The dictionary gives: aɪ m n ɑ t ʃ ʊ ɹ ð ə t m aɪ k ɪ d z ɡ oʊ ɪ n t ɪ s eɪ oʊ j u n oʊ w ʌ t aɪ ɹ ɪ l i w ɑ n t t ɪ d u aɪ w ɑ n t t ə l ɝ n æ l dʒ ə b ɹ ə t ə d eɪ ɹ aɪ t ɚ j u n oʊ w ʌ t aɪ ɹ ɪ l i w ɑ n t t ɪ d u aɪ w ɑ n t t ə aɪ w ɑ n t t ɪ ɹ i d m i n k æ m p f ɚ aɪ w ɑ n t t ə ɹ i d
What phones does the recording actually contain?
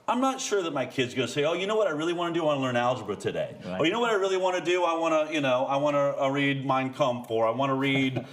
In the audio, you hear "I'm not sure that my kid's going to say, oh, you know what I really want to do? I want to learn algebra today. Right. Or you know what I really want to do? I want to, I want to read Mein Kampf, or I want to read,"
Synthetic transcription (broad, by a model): aɪ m n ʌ t ʃ ʊ ɹ ð ə t m aɪ k ɪ d z ɡ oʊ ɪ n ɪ s eɪ oʊ j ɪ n oʊ w ʌ t aɪ ɹ ɪ l i w ɑ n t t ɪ d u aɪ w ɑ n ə l ɝ n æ l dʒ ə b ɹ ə t ə d eɪ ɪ ɚ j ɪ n oʊ w ʌ t aɪ ɹ ɪ l i w ɑ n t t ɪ d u aɪ w ɑ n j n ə aɪ w ɑ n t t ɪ ɹ i d m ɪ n k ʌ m f ɚ aɪ w ɑ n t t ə ɹ i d